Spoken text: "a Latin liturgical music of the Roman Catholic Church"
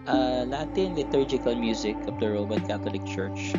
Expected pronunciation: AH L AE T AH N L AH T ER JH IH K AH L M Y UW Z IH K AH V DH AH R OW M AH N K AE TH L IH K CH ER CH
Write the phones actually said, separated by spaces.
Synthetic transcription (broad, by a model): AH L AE T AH N L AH T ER JH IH K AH L M Y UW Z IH K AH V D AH R OW M AH N K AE T L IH K CH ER CH